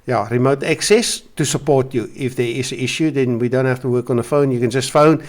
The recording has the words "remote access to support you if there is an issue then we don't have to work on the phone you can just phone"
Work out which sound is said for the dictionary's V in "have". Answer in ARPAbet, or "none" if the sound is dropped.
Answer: F